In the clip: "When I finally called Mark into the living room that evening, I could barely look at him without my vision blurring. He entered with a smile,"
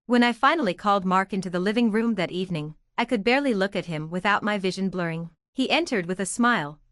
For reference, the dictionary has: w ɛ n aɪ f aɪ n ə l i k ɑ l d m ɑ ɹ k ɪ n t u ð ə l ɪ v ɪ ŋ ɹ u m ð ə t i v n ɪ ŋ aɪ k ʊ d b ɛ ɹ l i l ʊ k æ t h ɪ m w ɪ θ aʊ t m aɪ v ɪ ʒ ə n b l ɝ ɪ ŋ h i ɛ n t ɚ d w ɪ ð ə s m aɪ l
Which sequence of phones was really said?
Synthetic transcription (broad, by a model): w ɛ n aɪ f aɪ n l i k ɑ l d m ɑ ɹ k ɪ n t u ð ə l ɪ v ɪ ŋ ɹ u m ð ə t i v n ɪ ŋ aɪ k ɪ d b ɛ ɹ l i l ʊ k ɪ t h ɪ m w ɪ θ aʊ t m aɪ v ɪ ʒ ə n b l ɝ ɪ ŋ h i ɛ n t ɚ d w ɪ ð ə s m aɪ l